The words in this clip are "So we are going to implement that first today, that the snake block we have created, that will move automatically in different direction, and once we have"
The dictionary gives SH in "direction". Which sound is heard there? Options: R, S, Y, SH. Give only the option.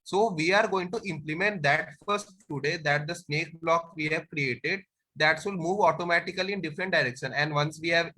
SH